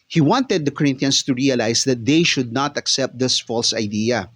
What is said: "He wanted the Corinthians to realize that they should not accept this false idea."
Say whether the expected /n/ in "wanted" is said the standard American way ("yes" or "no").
yes